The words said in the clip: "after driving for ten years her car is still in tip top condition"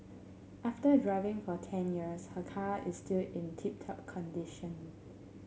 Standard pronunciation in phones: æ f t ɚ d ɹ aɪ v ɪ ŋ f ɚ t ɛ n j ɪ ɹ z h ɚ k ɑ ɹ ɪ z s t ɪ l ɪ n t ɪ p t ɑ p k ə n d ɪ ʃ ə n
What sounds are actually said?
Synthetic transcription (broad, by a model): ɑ f t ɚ d ɹ aɪ v ɪ ŋ f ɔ t ɛ n j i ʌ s h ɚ k ɑ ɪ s t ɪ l ɪ n t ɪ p t ɑ p k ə n d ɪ ʃ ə n